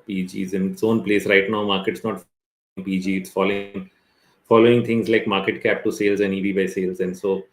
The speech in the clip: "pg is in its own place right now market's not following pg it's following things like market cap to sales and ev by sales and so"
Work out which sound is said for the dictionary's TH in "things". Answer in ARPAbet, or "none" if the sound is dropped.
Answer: T